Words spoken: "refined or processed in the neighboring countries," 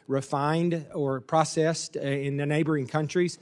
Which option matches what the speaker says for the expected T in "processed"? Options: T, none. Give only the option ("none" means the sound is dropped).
T